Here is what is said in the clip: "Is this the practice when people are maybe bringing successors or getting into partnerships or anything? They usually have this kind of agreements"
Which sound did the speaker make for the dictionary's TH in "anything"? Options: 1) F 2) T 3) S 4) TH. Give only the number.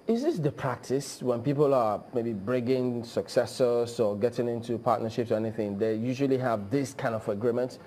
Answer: 4